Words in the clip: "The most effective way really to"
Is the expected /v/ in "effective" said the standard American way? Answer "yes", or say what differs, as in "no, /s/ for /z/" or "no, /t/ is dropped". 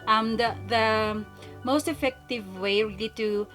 yes